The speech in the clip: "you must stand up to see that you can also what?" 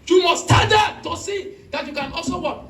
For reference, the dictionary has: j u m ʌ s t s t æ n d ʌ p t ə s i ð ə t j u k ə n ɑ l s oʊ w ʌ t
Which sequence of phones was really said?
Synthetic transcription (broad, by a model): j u m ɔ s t t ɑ d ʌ t ə s i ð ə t j u k ə n ɑ l s oʊ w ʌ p